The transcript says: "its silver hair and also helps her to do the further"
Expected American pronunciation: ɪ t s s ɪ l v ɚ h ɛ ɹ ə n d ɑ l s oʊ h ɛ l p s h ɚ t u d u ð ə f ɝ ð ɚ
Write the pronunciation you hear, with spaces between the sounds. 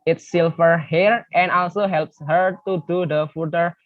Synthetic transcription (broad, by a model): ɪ t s s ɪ l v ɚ h ɛ ɹ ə n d ɑ l s oʊ h ɛ l p s h ɚ t u d u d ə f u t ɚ